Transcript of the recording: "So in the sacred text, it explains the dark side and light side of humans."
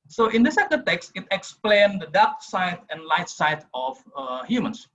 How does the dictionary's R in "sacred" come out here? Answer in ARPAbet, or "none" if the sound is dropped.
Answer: none